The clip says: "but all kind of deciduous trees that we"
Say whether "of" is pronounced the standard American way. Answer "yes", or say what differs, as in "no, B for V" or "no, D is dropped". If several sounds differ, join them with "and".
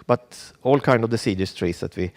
yes